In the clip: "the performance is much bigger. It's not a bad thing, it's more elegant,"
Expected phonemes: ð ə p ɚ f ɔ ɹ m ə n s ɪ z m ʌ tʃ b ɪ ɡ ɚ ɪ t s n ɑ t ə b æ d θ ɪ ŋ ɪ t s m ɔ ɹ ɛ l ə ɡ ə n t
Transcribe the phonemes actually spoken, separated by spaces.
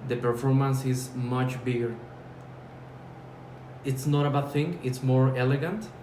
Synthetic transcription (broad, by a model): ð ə p ɚ f ɔ ɹ m ə n s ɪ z m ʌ tʃ b ɪ ɡ ɚ ɪ t s n ɑ t ə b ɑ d θ ɪ ŋ ɪ t s m ɔ ɹ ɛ l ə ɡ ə n t